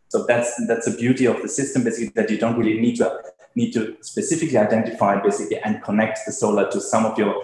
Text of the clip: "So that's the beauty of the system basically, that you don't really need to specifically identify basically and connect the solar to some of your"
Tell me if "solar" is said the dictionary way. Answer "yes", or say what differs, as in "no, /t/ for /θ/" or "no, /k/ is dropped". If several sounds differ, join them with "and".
yes